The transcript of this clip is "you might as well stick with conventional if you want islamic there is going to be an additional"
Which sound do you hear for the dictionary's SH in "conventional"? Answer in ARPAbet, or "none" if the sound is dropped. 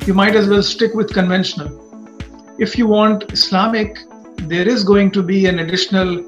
SH